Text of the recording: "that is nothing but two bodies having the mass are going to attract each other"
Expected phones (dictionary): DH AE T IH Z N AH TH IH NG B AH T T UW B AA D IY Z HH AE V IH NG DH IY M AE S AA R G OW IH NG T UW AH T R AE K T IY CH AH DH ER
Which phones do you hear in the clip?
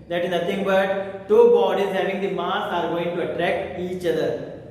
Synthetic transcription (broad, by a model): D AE T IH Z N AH T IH NG B AH T T UW B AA D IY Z HH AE V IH NG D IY M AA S AA R G OW IH NG T UW AH T R AE K T IY CH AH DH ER